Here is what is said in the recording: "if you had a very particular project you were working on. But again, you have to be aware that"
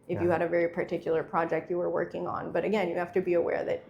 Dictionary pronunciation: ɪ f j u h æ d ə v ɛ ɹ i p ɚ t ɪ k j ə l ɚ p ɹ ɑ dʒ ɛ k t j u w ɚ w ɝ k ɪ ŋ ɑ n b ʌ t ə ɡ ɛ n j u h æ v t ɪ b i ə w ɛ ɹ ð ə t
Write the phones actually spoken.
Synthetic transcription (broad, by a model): ɪ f j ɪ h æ d ə v ɛ ɹ i p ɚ t ɪ k j l ɚ p ɹ ɑ dʒ ɛ k t j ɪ w ɚ w ɝ k ɪ ŋ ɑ n b ʌ t ə ɡ ɛ n j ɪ h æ f t ɪ b i ə w ɛ ɹ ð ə t